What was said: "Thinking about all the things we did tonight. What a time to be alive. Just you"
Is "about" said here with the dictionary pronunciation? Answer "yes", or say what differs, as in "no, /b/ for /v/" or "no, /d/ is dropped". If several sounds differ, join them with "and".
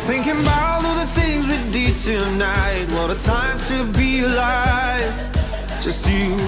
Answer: no, /t/ is dropped